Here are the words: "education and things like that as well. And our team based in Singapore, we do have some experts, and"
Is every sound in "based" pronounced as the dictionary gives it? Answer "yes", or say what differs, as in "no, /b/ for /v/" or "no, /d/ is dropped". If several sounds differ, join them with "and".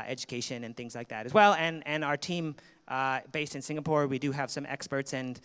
yes